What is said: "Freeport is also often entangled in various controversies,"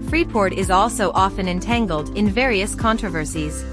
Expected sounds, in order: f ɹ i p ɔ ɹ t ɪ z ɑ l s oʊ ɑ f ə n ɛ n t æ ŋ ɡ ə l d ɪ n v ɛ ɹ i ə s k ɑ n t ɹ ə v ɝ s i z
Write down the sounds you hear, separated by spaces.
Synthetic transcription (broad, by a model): f ɹ i p ɔ ɹ t ɪ z ɑ l s oʊ ɑ f ə n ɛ n t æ ŋ ɡ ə l d ɪ n v ɛ ɹ i ə s k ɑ n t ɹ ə v ɝ s i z